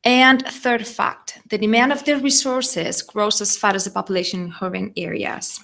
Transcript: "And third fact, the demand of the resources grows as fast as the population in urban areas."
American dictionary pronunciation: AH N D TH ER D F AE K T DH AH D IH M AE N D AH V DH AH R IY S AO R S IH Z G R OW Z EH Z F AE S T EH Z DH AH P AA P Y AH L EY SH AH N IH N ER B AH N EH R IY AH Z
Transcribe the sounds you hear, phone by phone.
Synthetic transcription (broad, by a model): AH N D TH ER D F AE K T DH AH D IH M AE N D AH V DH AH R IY S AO R S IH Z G R OW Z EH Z F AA T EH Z DH AH P AA P Y AH L EY SH AH N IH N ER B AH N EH R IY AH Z